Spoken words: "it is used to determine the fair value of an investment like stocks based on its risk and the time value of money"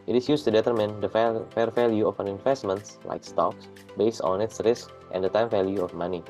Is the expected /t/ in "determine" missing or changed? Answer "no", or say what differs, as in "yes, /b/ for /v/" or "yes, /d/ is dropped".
no